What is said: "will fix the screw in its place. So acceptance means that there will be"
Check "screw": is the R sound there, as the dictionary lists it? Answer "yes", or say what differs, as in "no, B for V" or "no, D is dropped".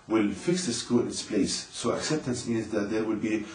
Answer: no, R is dropped